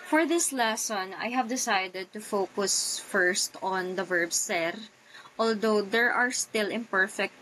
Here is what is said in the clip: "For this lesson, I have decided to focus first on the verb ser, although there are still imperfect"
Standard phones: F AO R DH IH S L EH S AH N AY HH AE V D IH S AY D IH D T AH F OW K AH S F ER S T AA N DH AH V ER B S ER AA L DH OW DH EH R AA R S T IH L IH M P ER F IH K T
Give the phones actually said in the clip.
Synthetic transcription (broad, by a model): F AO R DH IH S L EH S AH N AY HH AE V D IH S AY D IH D T AH F OW K AH S F ER S T AA N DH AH V ER B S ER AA L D OW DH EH R AA R S T IH L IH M P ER F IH K T